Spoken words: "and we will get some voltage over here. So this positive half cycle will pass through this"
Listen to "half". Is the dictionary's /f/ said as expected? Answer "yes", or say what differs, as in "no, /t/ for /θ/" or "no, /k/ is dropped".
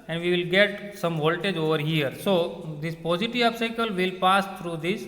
no, /p/ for /f/